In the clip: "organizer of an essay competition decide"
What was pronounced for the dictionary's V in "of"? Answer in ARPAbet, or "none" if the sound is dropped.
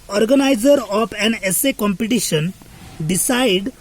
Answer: P